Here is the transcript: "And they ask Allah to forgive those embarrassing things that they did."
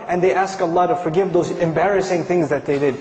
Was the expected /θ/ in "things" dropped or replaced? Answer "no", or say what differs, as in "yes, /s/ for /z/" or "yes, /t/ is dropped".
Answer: no